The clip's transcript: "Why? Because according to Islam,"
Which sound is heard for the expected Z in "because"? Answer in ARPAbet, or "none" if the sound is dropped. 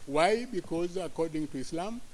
Z